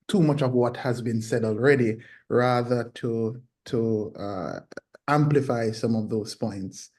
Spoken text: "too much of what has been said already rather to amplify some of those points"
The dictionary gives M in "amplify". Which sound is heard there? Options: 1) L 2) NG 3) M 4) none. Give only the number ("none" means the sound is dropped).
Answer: 3